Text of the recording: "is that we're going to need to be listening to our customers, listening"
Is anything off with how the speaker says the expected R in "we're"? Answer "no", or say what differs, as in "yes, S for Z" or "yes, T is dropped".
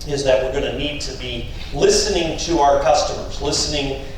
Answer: no